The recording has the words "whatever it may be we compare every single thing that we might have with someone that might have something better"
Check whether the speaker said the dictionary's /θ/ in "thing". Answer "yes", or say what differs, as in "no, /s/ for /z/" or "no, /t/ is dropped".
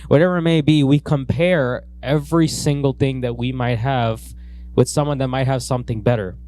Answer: yes